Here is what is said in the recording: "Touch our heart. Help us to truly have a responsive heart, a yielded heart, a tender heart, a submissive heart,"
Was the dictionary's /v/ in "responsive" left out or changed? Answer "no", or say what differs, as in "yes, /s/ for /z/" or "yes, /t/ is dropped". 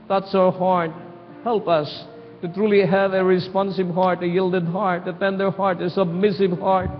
yes, /b/ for /v/